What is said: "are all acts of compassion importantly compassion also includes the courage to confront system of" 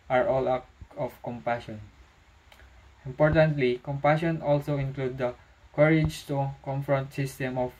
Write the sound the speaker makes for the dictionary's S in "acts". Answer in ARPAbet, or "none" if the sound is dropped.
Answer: none